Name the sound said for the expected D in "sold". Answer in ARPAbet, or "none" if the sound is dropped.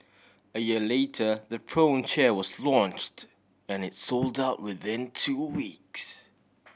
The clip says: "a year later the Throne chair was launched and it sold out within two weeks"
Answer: D